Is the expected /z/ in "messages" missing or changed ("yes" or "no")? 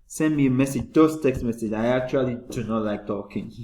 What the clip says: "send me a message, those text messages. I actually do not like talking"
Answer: yes